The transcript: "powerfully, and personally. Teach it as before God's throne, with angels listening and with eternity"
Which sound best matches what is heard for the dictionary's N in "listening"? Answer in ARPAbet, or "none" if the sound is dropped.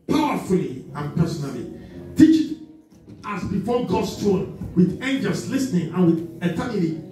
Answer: N